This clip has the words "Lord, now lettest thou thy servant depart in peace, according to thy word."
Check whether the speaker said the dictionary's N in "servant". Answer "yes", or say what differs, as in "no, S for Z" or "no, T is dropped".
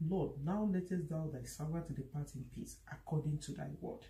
no, N is dropped